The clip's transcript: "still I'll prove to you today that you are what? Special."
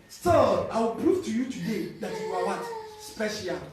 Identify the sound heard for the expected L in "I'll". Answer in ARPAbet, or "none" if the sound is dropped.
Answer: W